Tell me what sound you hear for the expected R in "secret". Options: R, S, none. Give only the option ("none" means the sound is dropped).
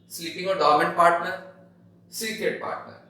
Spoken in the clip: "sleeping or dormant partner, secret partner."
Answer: none